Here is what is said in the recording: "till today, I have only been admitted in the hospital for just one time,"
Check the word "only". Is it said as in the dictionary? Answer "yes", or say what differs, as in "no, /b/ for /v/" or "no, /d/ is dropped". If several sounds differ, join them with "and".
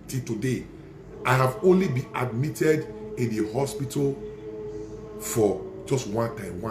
yes